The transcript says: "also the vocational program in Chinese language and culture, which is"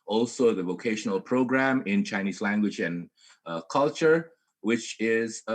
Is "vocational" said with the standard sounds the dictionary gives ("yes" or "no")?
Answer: yes